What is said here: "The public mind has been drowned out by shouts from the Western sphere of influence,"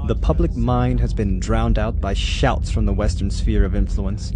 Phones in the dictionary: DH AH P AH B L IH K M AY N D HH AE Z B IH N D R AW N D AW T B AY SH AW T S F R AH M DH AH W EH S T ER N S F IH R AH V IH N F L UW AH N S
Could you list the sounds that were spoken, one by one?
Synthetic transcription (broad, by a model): DH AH P AH B L IH K M AY N D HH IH Z B IH N D R AW N D AW T B AY SH AW T S F R AH M DH AH W EH S T ER N S F IH R AH V IH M F L UW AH N S